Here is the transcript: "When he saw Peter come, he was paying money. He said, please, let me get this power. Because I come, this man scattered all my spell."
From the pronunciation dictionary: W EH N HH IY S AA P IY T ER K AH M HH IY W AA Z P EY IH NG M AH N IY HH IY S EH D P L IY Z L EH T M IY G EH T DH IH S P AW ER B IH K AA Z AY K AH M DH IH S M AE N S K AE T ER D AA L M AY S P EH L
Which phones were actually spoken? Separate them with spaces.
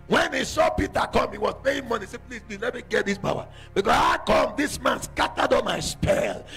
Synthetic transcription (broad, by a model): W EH N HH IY S AA P IY T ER K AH M HH IY W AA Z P EY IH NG M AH N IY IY S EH P L IY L L EH T M IY G EH T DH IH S B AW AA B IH K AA S AY K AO M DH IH S M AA N S K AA T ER D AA M AY S P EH L